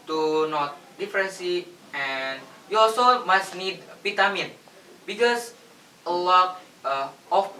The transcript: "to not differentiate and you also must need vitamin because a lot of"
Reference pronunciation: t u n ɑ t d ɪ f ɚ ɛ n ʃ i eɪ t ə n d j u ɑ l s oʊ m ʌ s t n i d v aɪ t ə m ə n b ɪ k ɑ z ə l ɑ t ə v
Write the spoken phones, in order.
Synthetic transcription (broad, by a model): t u n ɑ t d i f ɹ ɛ n s i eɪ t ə n j u ɑ l s oʊ m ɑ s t n i d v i t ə m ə n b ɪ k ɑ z ə l ɑ t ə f